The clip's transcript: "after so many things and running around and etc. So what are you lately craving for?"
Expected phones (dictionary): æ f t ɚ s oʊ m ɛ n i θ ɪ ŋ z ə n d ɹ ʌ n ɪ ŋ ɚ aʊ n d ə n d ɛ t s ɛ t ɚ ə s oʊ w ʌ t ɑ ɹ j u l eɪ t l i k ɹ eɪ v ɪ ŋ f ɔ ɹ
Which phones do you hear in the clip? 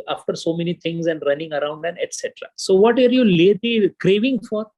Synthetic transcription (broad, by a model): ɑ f t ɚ s oʊ m ɛ n i t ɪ ŋ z ə n d ɹ ʌ n ɪ ŋ ɚ aʊ n d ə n ɛ t s ɛ t ɚ ə s oʊ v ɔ t ɑ ɹ j u l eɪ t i k ɹ eɪ v ɪ ŋ f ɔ ɹ